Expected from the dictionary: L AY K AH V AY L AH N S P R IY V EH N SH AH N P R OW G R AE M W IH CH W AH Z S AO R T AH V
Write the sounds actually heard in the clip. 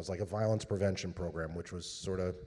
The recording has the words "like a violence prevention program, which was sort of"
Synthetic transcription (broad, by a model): L AY K AH V AY L AH N S P R IY V EH N SH AH N P R OW G R AE M W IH CH W AH Z S AO R T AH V